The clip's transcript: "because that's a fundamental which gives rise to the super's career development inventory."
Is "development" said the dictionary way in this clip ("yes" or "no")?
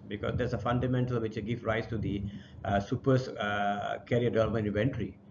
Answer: no